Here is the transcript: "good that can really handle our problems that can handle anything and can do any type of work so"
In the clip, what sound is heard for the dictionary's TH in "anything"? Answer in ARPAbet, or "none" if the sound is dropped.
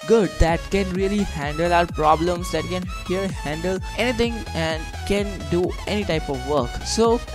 T